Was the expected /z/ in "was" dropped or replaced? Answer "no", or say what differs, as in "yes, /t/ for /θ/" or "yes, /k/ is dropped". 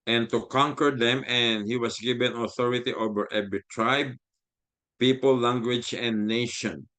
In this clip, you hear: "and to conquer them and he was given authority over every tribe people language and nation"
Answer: yes, /s/ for /z/